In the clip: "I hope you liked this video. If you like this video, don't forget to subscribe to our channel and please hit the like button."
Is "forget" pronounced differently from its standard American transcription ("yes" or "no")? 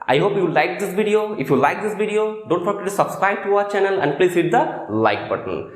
yes